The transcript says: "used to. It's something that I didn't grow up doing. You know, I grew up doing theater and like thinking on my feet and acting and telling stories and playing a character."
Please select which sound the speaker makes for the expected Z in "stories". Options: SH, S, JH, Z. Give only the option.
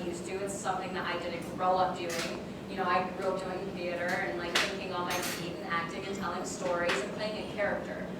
Z